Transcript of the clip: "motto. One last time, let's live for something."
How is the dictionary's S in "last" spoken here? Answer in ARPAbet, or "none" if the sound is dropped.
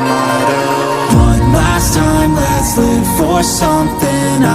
S